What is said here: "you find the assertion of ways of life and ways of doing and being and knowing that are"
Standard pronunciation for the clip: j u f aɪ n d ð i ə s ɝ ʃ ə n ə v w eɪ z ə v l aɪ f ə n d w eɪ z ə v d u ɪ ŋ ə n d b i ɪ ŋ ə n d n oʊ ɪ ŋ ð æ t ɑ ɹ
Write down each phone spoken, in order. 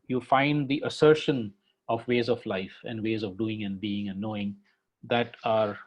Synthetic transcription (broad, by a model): j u f aɪ n d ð i ə s ɝ ʃ ə n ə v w eɪ z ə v l aɪ f ə n d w eɪ z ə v d u ɪ ŋ ə n d b i ɪ ŋ ə n d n oʊ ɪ ŋ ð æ t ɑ ɹ